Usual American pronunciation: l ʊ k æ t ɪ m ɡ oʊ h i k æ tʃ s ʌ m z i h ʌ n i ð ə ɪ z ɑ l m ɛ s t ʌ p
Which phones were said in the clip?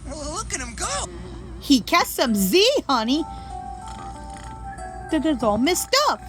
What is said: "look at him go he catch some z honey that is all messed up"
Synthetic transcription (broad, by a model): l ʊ k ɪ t ɪ m ɡ oʊ h i k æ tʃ s ʌ m z i h ʌ n i ð ə ɪ z ɑ l m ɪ s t ʌ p